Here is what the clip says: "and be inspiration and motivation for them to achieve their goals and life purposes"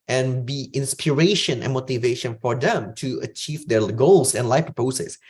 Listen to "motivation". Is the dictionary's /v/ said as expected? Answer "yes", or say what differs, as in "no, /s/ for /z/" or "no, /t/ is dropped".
yes